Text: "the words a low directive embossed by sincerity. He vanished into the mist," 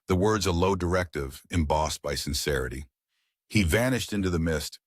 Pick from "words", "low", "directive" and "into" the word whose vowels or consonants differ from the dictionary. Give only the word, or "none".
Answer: none